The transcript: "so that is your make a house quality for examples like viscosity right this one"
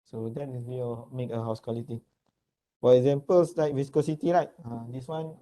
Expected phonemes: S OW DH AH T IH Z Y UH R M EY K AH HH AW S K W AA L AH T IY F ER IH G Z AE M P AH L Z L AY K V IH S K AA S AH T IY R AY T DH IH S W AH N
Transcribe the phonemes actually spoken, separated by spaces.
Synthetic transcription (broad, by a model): S OW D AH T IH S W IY M EY K AH HH AW S K W AA L AH T IY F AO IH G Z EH M P AH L S L AY K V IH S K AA S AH T IY L AY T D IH S W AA N